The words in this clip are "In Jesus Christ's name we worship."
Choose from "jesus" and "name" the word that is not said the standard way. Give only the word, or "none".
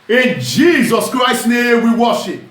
none